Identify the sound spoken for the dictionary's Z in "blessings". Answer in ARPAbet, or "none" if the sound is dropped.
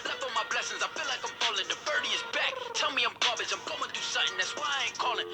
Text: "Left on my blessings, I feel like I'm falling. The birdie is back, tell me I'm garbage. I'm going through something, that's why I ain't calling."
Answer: Z